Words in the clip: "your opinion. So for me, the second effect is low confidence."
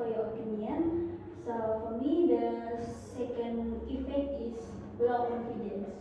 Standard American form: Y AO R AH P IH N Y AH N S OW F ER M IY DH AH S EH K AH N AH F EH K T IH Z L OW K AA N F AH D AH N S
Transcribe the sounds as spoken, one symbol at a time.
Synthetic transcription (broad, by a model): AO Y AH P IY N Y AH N S OW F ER M IY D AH S EH K AH N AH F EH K IH S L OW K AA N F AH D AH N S